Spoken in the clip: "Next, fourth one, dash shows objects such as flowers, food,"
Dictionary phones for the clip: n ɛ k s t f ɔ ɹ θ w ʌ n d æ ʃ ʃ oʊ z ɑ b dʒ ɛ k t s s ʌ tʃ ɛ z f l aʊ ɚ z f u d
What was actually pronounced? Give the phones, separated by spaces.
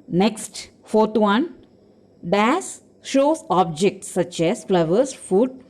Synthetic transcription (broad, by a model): n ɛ k s t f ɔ ɹ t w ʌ n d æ s ʃ oʊ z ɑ b dʒ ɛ k t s s ʌ tʃ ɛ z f l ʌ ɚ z f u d